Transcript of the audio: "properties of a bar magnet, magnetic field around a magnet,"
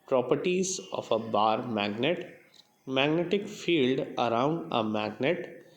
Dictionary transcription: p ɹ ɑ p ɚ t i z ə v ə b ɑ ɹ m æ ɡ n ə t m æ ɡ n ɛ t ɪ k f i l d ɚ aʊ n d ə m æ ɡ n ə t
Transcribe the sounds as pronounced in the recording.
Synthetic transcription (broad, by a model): p ɹ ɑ p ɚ t i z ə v ə b ɑ ɹ m æ ɡ n ə t m æ ɡ n ɛ t ɪ k f i l d ɚ aʊ n d ə m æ ɡ n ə t